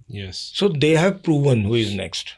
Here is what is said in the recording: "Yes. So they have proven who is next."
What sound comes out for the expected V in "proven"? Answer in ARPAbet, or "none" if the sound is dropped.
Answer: V